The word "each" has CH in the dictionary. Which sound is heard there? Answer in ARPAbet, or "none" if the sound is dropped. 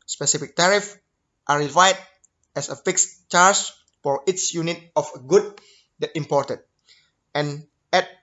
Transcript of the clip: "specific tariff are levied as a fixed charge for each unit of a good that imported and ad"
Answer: S